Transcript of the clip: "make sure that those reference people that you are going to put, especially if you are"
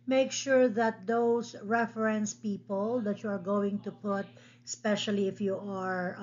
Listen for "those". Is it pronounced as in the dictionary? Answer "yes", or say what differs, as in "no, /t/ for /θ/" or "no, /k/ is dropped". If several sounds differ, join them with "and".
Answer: no, /s/ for /z/